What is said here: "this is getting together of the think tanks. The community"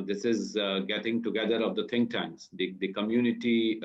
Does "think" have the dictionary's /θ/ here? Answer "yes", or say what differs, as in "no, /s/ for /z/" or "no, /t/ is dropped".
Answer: no, /t/ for /θ/